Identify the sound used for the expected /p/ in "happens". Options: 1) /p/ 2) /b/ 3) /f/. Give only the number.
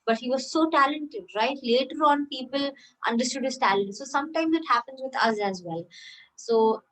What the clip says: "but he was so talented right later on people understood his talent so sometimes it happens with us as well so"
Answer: 1